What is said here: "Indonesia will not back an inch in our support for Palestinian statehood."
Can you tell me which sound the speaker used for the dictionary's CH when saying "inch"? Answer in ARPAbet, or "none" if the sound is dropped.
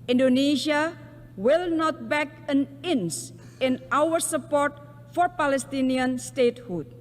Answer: S